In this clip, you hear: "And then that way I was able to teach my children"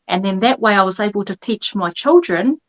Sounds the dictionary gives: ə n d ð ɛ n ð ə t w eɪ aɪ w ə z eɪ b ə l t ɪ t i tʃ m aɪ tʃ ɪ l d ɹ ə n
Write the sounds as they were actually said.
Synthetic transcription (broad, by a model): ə n ð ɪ n ð ə t w eɪ aɪ w ə z eɪ b ə l t ɪ t i tʃ m aɪ tʃ ɪ l d ɹ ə n